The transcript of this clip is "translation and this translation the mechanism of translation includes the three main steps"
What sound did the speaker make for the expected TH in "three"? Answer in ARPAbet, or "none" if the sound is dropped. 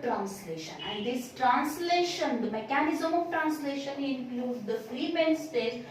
F